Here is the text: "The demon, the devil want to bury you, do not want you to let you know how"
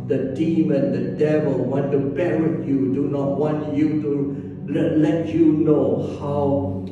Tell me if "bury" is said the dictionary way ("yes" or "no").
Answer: no